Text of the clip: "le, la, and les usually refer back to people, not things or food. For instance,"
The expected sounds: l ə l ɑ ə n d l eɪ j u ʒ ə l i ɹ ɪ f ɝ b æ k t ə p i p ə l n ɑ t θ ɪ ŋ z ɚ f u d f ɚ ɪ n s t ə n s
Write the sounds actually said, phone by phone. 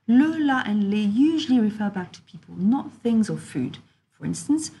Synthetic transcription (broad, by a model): l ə l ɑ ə n l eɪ j u ʒ ə l i ɹ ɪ f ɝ b æ k t ə p i p ə l n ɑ t θ ɪ ŋ z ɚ f u d f ɚ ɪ n s t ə n s